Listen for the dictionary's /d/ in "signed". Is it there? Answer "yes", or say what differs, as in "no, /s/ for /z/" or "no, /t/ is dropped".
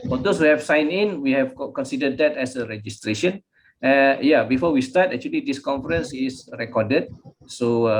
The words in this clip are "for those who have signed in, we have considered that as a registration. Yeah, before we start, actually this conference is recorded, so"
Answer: no, /d/ is dropped